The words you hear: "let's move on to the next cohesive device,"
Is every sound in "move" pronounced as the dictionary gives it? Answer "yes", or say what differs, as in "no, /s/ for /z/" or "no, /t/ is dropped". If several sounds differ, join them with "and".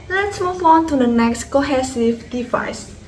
no, /f/ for /v/